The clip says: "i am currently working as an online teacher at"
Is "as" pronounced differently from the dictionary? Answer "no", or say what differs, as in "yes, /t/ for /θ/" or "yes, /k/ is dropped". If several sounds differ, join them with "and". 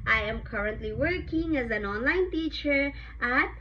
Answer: no